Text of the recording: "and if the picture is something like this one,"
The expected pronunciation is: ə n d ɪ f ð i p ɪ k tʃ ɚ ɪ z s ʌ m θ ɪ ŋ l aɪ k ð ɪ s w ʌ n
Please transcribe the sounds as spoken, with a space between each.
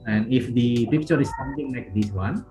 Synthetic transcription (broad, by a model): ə n ɪ f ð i p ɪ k tʃ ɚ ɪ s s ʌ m t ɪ ŋ l aɪ k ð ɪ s w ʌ n